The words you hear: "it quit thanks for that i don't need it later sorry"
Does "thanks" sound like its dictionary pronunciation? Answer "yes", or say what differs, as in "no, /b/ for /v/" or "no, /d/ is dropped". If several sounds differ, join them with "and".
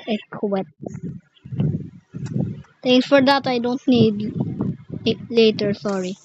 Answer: no, /t/ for /θ/